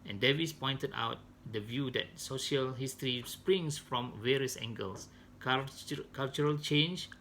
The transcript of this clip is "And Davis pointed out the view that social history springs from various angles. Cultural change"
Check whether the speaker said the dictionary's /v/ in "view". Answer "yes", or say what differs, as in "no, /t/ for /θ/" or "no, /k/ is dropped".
yes